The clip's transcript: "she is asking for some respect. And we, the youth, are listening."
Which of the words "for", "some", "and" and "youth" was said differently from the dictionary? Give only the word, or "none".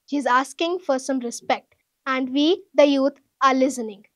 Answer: youth